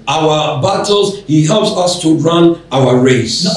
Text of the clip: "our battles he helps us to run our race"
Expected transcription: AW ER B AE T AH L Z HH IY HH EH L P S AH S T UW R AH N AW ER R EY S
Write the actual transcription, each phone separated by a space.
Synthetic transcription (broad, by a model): AW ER B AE T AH L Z HH IY HH EH L P S AH S T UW R AH N AW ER R EY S